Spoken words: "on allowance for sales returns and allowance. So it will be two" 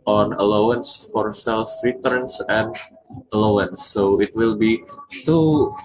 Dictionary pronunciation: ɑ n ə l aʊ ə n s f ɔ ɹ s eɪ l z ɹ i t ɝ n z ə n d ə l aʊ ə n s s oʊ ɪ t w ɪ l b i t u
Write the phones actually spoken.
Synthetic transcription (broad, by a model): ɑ n ə l aʊ ə n s f ɔ ɹ s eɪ l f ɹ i t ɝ n s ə n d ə l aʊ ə n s s oʊ ɪ t w ɪ l b i t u